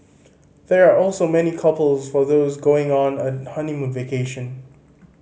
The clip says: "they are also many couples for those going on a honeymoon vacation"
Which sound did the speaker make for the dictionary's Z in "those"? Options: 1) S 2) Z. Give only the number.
2